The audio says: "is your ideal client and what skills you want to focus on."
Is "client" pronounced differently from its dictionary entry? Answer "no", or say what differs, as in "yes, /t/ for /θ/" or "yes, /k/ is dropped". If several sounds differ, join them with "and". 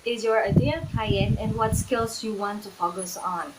yes, /l/ is dropped and /t/ is dropped